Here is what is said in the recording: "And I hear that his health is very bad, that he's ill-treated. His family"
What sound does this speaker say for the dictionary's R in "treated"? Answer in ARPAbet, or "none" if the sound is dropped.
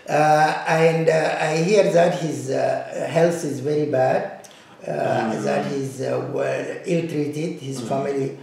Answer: R